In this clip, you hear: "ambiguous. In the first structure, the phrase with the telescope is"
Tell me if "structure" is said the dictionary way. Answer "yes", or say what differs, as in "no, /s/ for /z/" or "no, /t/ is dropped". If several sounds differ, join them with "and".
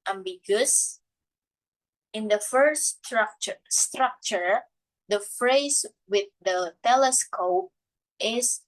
yes